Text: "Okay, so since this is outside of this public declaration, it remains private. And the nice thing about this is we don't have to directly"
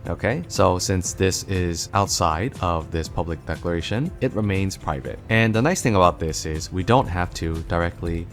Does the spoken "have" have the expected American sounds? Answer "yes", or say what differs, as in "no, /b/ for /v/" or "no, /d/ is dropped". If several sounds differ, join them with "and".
no, /f/ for /v/